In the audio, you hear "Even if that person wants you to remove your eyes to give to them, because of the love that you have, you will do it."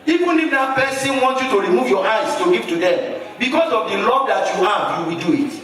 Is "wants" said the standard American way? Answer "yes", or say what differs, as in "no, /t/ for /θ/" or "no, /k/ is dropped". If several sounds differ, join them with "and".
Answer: no, /s/ is dropped